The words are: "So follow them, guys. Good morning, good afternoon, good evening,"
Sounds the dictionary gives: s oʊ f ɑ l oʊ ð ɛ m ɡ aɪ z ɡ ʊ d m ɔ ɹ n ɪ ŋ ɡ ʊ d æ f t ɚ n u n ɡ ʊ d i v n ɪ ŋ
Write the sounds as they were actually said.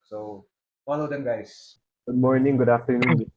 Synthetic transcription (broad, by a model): s oʊ f ɑ l oʊ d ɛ m ɡ aɪ s ɡ ʊ d m ɔ ɹ n ɪ ŋ ɡ ʊ d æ f t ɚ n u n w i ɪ